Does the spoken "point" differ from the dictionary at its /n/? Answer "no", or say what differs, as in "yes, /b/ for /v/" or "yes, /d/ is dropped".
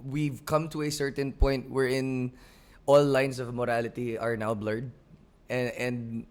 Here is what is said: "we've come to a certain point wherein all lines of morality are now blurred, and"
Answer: no